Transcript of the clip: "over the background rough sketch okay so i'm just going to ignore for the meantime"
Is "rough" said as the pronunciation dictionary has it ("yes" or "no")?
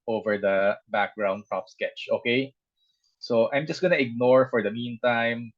no